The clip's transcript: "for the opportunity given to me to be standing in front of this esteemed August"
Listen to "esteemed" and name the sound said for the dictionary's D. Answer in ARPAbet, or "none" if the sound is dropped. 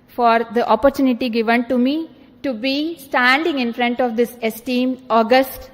none